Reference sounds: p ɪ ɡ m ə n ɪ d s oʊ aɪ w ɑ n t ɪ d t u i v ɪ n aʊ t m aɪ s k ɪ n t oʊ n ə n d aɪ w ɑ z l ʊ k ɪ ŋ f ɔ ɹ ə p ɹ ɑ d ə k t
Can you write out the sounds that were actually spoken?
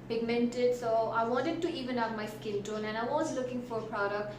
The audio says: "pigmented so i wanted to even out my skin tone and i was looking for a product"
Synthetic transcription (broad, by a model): p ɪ ɡ m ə n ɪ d s oʊ aɪ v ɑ n t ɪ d t u i v ɪ n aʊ m aɪ s k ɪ l t oʊ n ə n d aɪ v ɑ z l ʊ k ɪ ŋ f ɔ ɹ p ɹ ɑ d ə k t